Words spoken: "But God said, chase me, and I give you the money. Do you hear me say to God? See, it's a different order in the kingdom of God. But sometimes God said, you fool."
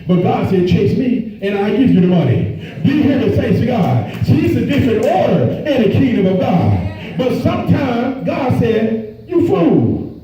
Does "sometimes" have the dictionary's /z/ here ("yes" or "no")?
yes